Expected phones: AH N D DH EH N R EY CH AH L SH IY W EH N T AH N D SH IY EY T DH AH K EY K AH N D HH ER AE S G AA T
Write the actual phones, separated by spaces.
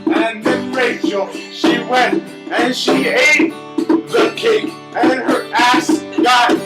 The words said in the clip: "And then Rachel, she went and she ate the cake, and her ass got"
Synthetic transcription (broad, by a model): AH N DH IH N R EY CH L SH IY W EH N T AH N SH IY EY T DH AH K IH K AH N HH ER AE S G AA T